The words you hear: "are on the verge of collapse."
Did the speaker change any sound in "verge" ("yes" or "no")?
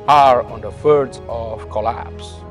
yes